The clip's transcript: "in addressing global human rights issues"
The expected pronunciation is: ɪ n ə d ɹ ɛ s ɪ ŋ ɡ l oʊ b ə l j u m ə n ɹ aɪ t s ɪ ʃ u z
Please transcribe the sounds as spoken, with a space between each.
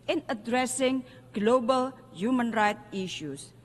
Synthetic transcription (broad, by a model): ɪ n ə d ɹ ɛ s ɪ ŋ ɡ l oʊ b ə l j u m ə n ɹ aɪ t i ʃ u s